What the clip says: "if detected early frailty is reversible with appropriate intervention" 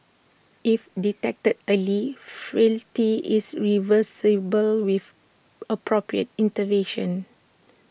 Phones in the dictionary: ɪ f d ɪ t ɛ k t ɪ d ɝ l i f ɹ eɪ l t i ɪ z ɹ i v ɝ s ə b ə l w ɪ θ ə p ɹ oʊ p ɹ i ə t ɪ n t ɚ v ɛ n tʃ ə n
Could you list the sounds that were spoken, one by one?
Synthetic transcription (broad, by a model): ɪ f d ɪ t ɛ k t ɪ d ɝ l i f eɪ l t i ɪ s ɹ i v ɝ s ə b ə l w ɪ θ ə p ɹ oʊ p ɹ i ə t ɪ n t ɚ v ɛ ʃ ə n